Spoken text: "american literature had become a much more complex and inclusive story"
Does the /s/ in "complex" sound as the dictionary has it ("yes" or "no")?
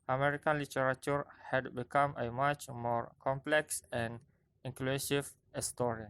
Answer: yes